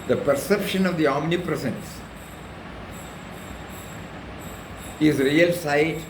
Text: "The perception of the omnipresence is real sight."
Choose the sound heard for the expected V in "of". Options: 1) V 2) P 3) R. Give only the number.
1